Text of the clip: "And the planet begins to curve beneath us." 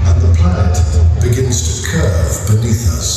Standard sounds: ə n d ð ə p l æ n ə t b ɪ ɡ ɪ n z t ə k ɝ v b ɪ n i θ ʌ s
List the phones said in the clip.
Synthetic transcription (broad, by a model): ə n ð ə p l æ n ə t b ɪ ɡ ɪ n z t ə k ɝ v b ɪ n i θ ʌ s